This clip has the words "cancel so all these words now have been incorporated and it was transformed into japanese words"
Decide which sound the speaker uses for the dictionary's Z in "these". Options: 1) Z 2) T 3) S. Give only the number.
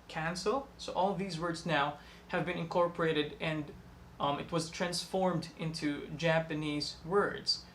1